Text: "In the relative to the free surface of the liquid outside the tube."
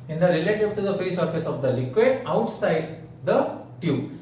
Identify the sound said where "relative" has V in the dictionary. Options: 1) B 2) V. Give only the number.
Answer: 1